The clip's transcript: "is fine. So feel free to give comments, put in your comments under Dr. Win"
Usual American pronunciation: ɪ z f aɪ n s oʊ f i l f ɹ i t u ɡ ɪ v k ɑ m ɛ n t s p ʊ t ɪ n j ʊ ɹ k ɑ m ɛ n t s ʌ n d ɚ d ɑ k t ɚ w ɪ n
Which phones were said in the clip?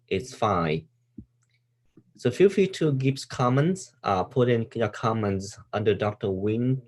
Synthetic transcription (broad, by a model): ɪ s f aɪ s oʊ f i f i t u ɡ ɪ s k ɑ m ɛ n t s p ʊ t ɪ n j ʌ k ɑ m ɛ n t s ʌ n d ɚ d ɑ k t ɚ w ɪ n